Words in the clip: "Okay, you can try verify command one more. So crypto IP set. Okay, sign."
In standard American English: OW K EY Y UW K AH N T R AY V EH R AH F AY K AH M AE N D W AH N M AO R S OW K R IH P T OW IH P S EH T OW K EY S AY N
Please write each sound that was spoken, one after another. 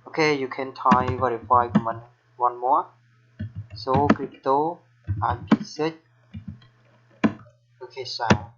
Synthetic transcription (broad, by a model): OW K EY Y UW K AH N T AY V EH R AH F AY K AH M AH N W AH N M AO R S OW K R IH P T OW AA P S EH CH OW K EY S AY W